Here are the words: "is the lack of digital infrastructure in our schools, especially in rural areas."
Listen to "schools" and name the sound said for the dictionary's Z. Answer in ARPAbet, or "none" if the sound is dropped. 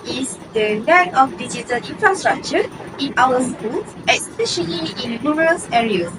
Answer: none